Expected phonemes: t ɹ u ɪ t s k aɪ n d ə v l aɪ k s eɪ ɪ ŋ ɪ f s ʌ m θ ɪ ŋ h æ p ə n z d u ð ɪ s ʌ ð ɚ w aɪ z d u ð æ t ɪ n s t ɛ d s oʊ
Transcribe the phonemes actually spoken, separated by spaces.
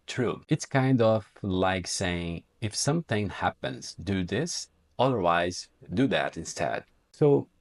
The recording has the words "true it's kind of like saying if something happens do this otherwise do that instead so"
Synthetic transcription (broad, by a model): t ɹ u ɪ t s k aɪ n d ə v l aɪ k s eɪ ɪ ŋ ɪ f s ʌ m θ ɪ ŋ h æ p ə n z d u ð ɪ s ʌ ð ɚ w aɪ z d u ð æ t ɪ n s t ɛ d s oʊ